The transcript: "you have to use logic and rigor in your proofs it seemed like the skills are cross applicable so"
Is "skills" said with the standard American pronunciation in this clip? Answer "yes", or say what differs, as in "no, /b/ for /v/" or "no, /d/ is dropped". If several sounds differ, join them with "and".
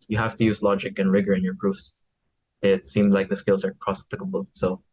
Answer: yes